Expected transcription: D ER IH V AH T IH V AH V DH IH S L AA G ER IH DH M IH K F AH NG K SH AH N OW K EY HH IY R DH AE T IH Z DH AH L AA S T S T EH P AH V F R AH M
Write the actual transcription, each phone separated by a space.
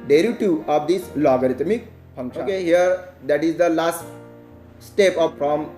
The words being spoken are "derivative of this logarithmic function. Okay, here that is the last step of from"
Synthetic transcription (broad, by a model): D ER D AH T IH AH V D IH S L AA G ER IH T M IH K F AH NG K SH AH OW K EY HH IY R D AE T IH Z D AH L AA S T S T EH P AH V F R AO M